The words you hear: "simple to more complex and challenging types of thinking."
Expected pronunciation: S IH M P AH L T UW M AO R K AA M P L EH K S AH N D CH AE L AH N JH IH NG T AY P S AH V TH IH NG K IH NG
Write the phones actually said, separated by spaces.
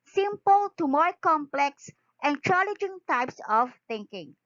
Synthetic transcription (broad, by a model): S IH M P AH L T UW M AO R K AA M P L EH K S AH N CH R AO L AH JH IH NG T AY P S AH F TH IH NG K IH NG